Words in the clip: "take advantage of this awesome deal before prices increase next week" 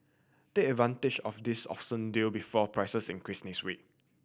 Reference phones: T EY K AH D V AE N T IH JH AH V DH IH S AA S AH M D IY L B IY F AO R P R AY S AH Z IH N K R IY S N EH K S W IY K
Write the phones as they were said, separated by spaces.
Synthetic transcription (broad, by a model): T EY K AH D V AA N T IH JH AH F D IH S AA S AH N D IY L B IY F AO P R AY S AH S IH N K R IY S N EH S W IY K